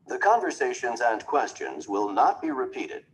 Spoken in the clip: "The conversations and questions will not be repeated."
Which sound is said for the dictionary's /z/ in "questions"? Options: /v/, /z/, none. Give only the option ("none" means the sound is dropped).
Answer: /z/